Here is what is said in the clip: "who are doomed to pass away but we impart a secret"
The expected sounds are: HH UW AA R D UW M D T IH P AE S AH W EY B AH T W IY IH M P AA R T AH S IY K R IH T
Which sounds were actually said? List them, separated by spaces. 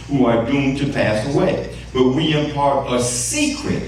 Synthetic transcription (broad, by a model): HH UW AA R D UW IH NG T IH P AE S AH W EY B AH T W IY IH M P AA R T AH S IY K R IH T